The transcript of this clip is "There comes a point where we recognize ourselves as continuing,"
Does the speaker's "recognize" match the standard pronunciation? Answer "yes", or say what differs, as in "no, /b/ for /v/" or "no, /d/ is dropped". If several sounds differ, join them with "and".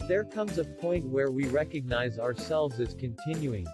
yes